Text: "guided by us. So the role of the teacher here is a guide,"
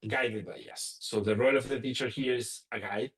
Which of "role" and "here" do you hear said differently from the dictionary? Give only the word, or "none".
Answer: none